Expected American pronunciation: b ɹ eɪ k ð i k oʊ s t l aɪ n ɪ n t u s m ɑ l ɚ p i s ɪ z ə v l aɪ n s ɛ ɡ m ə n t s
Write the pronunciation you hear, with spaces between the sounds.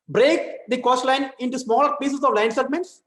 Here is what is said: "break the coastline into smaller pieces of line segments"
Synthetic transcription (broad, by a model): b ɹ eɪ k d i k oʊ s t l aɪ n ɪ n t u s m ɑ l ɚ p i s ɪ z ə v l aɪ n s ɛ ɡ m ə n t s